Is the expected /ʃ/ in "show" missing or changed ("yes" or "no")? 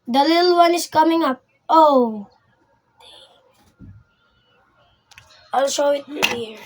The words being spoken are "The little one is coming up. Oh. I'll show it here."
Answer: yes